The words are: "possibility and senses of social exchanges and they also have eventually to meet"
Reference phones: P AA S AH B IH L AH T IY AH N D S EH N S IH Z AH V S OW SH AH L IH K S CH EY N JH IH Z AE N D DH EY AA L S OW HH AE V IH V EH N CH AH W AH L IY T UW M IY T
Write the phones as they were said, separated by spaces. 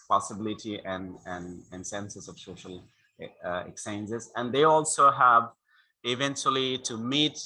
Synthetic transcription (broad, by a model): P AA S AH B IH L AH T IY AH N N S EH N S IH S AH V S OW SH AH L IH K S EY N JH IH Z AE N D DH EY AA L S OW HH AE V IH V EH N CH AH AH L IY T UW M IY T